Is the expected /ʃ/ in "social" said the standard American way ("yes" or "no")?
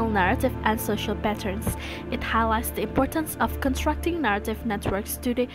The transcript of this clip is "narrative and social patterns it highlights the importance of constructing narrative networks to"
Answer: yes